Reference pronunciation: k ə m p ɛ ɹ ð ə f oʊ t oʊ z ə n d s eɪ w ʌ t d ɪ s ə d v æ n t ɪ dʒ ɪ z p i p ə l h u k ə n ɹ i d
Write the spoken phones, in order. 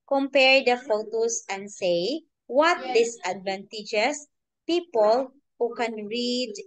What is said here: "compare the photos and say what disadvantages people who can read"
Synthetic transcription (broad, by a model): k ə m p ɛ ɹ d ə f oʊ t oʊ s ə n d s eɪ w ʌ t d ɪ s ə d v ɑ n t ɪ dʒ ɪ s p i p ə l h u k ə n ɹ i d